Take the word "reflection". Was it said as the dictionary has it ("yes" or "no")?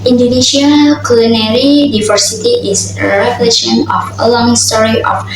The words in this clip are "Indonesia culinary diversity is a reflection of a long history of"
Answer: no